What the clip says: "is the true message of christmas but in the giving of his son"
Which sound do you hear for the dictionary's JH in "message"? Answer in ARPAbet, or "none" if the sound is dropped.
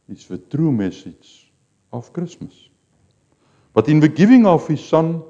Z